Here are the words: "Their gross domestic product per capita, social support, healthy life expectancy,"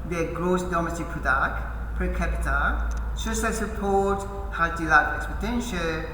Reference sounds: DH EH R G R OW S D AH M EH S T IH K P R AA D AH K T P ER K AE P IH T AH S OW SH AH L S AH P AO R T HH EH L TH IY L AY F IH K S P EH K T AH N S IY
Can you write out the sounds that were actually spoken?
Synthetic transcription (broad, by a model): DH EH G R OW S D AH M EH S T IH K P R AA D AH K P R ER K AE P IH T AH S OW S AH S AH P AO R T HH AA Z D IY L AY IH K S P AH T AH N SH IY